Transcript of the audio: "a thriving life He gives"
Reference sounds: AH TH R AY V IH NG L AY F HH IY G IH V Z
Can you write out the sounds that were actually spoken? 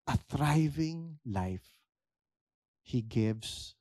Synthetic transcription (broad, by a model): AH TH R AY V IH NG L AY F HH IY G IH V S